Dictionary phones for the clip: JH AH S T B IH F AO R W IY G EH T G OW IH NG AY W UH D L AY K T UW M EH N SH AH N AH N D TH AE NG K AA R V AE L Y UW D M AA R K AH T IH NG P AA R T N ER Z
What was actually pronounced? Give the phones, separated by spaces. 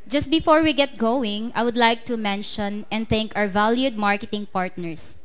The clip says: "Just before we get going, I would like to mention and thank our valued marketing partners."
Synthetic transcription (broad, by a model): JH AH S T B IH F AO R W IY G EH T G OW IH NG AY W UH D L AY K T UW M EH N SH AH N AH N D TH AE NG K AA W V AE L Y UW D M AA R K AH T IH NG P AA R T N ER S